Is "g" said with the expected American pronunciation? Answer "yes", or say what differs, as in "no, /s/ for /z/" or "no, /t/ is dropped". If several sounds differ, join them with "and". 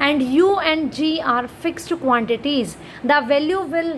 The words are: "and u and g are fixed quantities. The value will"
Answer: yes